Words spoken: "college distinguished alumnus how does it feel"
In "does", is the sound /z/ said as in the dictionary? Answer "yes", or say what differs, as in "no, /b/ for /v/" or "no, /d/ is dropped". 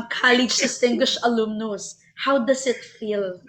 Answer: no, /s/ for /z/